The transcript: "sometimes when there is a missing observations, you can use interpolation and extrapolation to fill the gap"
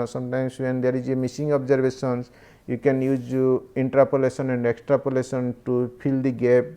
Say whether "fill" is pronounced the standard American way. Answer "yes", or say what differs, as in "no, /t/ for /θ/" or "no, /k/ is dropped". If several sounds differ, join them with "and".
no, /p/ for /f/